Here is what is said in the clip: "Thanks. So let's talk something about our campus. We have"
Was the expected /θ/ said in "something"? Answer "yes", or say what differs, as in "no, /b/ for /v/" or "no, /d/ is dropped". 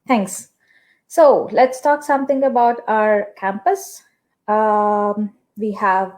no, /t/ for /θ/